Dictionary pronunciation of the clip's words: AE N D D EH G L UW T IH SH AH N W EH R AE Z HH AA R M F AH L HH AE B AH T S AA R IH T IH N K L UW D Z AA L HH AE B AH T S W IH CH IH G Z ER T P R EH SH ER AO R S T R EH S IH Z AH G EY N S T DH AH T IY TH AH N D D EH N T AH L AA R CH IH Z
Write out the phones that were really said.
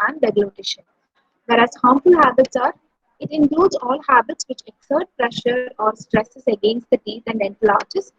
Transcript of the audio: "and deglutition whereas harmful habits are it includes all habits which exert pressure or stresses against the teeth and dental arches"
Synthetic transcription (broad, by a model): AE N D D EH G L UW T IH SH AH N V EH R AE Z HH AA M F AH L HH AE B AH T S AA R IH T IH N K L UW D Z AA L HH AE B AH T S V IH CH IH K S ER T P R EH SH ER AO R S T R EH S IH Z AH G EY N S T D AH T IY T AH N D D EH N T AH L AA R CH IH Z